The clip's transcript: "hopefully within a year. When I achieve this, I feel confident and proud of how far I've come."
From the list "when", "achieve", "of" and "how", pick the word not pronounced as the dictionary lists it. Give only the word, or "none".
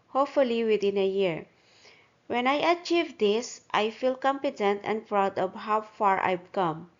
of